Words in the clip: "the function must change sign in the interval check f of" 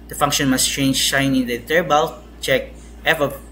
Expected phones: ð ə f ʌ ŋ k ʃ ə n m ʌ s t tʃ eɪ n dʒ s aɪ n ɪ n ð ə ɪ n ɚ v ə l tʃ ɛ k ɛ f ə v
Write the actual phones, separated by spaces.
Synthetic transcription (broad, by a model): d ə f ʌ ŋ k ʃ ə n m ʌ s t tʃ eɪ n dʒ ʃ aɪ n ɪ n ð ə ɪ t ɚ b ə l tʃ ɛ k ɛ f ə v